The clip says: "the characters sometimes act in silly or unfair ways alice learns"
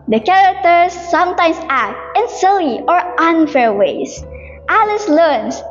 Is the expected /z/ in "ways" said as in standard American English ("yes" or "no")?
no